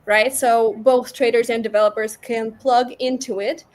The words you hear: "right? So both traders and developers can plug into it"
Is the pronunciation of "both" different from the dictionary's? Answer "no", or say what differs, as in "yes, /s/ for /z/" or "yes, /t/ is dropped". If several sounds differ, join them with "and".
no